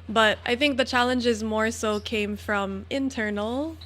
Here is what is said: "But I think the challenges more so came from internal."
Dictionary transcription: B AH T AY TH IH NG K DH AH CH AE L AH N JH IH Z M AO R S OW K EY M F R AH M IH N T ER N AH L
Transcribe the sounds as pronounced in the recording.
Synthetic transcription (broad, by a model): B AH T AY TH IH NG K DH AH CH AE L AH N JH IH Z M AO R S OW K EY M F R AH M IH N T ER N L